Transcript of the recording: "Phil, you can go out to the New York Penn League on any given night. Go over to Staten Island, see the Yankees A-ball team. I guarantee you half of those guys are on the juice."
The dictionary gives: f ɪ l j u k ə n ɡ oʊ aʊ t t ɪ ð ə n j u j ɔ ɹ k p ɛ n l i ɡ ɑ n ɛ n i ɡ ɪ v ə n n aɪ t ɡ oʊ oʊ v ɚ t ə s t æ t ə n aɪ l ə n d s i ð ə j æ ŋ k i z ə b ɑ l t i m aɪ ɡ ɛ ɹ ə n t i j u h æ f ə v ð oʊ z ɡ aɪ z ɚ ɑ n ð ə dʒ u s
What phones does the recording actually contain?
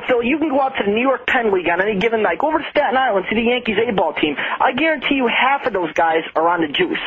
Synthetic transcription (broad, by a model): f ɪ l j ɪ k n ɡ oʊ aʊ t t ɪ ð ə n j u j ɔ ɹ k p ɛ n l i ɡ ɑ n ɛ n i ɡ ɪ v ə n l aɪ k oʊ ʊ v ɚ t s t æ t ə n aɪ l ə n s i ð ə j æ ŋ k i z ə b ɑ l t i m aɪ ɡ ɛ ɹ ə n t i j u h æ f ə v ð oʊ z ɡ aɪ z ɚ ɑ n ð ə dʒ u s